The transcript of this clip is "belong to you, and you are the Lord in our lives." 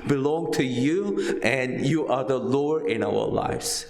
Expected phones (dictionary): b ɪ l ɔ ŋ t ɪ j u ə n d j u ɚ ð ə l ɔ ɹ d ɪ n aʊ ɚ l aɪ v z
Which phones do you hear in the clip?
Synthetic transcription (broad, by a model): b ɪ l ɔ ŋ t ɪ j u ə n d j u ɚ ð ə l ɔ ɹ ɪ n aʊ ɚ l aɪ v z